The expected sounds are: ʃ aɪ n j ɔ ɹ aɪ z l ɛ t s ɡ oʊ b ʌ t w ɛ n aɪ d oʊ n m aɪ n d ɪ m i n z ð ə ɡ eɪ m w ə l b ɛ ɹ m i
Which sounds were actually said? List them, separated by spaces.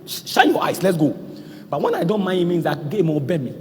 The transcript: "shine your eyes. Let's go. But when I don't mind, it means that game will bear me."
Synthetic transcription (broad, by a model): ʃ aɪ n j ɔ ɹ aɪ s l ɛ t s ɡ oʊ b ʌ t w ɛ n aɪ d oʊ n m aɪ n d ɪ m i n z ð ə ɡ eɪ m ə b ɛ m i